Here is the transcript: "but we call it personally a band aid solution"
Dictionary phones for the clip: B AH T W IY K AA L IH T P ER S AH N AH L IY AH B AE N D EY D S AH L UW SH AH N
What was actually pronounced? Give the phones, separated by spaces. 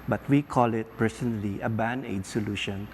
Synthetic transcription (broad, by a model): B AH T W IY K AA L IH T P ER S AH N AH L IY AH B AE N EY D S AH L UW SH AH N